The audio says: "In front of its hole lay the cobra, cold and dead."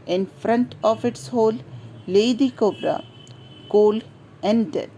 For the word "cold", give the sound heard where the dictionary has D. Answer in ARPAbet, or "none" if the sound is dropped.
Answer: none